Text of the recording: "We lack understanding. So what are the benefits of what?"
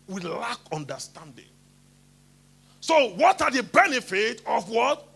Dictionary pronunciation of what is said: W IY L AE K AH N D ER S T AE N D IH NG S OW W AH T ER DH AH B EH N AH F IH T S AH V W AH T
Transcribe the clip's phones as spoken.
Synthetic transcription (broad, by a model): W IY L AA K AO N D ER S T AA N D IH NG S OW W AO T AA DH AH B EH N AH F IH T AH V W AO T